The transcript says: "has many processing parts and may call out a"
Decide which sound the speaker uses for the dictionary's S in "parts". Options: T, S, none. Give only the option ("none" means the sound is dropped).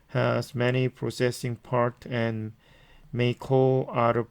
none